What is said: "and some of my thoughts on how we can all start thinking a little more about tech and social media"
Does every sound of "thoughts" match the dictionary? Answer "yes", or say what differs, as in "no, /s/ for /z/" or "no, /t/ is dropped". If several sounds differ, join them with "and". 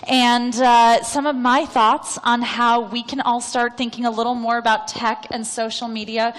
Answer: yes